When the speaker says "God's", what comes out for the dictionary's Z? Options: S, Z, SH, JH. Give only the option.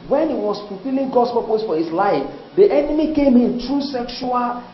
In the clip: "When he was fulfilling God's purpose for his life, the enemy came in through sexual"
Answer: S